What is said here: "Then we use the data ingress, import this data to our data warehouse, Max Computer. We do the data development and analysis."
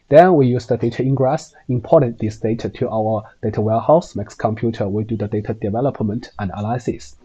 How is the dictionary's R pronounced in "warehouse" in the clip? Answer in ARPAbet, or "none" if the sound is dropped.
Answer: L